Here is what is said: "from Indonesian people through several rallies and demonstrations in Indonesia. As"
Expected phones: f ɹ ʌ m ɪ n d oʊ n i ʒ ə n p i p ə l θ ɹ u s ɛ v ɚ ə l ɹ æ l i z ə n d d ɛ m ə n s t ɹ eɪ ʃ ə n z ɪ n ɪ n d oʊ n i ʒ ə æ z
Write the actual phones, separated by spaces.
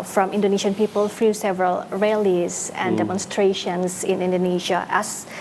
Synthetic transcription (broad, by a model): f ɹ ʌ m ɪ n d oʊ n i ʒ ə n p i p ə l f ɹ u s ɛ v ɚ ə l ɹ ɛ l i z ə n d d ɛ m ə n s t ɹ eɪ ʃ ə n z ɪ n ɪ n d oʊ n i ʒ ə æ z